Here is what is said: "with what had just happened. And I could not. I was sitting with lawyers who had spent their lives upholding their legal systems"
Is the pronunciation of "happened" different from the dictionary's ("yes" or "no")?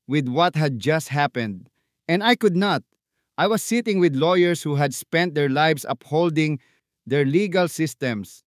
no